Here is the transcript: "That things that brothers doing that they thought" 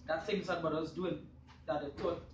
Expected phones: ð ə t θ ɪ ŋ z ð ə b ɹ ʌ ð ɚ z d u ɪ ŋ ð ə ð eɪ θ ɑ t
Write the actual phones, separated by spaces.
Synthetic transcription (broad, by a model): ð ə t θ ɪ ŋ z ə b ʌ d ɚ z d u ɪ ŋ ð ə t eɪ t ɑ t